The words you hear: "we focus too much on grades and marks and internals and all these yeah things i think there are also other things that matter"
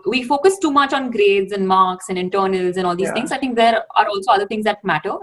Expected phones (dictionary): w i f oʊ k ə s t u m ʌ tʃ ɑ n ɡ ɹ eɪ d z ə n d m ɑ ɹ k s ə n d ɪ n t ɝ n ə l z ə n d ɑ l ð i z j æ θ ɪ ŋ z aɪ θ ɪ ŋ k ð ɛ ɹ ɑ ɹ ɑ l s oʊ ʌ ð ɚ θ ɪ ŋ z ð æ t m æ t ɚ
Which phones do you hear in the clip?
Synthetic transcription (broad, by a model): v i f oʊ k ə s t u m ʌ tʃ ɑ n ɡ ɹ eɪ d z ə n d m ɑ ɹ k s ə n d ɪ n t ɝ n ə l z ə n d ɑ l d i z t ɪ ŋ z aɪ t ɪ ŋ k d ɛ ɹ ɑ ɹ ɑ l s oʊ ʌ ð ɚ t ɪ ŋ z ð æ t m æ t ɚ